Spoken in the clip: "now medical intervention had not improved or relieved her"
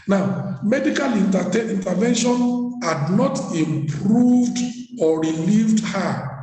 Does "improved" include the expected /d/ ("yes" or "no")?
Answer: yes